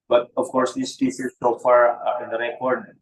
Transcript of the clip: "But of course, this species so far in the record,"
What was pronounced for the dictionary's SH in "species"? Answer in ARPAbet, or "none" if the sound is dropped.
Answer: S